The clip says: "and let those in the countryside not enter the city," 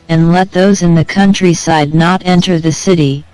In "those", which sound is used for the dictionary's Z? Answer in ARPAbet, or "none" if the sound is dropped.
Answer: Z